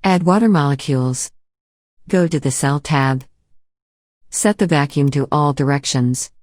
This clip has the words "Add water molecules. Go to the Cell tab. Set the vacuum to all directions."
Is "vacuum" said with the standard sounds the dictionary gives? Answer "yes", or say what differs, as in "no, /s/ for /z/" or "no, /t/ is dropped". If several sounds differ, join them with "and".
yes